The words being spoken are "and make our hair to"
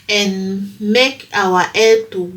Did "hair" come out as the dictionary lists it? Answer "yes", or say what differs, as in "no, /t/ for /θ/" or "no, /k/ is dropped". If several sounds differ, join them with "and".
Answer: no, /l/ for /ɹ/